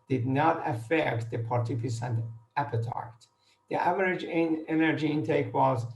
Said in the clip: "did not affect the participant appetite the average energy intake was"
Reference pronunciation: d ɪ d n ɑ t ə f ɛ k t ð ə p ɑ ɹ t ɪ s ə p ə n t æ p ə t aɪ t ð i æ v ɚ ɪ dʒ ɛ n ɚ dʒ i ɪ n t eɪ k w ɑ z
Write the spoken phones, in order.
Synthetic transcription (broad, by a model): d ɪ d n ɑ t ə f ɛ k t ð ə p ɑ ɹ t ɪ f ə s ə n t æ p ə t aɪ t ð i æ v ɚ ɪ dʒ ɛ n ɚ dʒ i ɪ n t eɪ k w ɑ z